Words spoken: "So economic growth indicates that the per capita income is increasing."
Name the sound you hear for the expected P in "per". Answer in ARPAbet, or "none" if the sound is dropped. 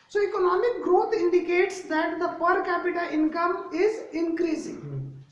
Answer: P